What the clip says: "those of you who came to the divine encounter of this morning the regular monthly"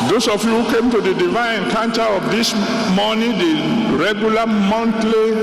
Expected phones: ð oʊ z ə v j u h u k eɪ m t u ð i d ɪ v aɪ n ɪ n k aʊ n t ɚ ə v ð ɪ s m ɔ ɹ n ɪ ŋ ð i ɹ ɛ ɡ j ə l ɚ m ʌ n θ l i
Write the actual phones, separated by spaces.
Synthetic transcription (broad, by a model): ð oʊ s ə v j u h u k eɪ m t u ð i d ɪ v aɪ ɪ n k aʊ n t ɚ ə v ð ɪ s m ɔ n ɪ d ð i ɹ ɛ ɡ j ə l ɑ m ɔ n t l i